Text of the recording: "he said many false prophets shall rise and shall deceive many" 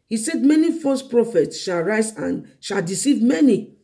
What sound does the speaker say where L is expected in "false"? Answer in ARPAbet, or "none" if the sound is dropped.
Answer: none